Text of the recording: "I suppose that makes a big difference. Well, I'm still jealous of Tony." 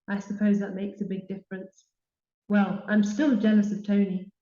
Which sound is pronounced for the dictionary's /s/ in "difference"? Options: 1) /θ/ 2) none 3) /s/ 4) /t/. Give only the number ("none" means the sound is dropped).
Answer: 3